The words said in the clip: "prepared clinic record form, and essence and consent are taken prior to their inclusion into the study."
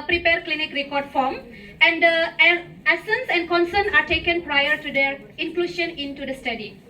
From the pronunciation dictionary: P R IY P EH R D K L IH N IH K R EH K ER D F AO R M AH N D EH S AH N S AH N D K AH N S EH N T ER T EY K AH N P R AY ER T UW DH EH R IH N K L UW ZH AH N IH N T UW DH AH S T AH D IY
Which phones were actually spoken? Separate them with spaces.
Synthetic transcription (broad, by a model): P R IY P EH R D K L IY N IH K R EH K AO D F AO M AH N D EH S AH N S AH N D K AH N S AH N AA T EY K AH N P R AY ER T UW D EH R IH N K L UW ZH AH N IH N T UW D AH S T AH D IY